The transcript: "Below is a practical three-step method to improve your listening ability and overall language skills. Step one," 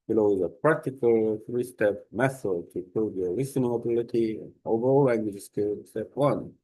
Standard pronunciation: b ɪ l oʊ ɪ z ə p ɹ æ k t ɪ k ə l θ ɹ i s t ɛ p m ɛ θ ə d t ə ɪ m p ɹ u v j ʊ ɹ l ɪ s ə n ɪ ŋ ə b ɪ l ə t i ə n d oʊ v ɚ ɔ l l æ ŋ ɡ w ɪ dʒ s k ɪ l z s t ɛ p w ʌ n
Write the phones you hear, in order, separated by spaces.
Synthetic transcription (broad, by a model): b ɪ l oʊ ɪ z ə p ɹ æ k t ɪ k ə l θ ɹ i s t ɛ p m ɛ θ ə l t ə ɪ p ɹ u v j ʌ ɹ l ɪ s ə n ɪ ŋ ə b ɪ l ə t i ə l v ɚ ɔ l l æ ŋ ɡ w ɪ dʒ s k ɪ s t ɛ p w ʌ n